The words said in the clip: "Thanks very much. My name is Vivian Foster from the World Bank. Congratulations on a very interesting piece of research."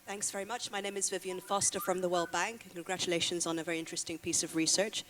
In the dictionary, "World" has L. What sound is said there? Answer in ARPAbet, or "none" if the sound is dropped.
L